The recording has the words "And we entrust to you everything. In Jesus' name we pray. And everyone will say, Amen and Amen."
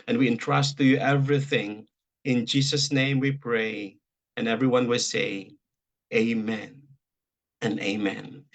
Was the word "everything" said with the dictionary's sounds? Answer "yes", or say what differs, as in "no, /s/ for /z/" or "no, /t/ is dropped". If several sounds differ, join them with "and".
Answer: yes